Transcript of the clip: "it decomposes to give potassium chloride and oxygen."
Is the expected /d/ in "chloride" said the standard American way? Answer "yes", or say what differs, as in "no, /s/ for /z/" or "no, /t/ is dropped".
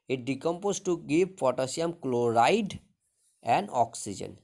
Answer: yes